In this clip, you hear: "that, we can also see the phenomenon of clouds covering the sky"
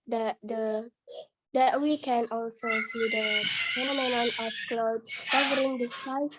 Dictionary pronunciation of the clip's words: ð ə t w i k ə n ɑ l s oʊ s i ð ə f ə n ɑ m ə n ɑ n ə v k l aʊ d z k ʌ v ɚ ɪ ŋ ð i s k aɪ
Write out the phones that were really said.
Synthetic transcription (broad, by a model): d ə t w i k ə n ɑ l s oʊ s i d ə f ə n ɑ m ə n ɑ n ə f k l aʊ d k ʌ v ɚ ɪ ŋ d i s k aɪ